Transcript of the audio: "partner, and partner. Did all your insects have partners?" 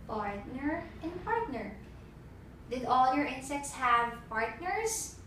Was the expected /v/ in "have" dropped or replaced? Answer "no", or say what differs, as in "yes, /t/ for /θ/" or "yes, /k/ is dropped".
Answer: no